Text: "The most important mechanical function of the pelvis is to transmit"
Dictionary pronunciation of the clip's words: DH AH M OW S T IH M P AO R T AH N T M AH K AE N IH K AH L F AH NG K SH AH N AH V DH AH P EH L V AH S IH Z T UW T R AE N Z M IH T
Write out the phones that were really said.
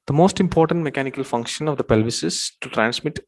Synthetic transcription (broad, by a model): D AH M OW S T IH M P AO R T AH N T M AH K AE N IH K AH L F AH NG K SH AH N AH V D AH P EH L V AH S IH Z T UW T R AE N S M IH T